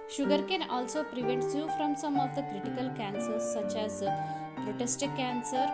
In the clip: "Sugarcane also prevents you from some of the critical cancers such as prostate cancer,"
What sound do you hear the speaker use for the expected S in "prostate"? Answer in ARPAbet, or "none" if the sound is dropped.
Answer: none